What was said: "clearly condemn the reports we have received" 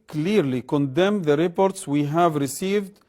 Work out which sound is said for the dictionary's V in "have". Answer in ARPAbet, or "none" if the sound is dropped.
V